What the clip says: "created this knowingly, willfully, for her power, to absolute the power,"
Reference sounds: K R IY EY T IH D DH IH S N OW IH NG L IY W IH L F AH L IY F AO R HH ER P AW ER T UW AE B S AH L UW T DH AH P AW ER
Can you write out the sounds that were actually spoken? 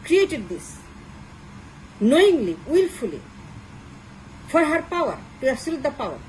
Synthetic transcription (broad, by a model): K R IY EY T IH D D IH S N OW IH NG L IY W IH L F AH L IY F AO R HH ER P AW ER T UW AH S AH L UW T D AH P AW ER